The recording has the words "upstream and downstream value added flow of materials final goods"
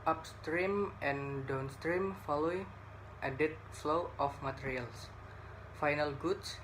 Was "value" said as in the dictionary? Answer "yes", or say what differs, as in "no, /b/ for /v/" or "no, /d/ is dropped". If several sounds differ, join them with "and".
no, /f/ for /v/